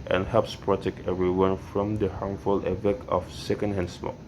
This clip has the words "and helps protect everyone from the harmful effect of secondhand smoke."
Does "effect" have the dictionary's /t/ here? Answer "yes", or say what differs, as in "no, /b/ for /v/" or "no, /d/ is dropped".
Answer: no, /t/ is dropped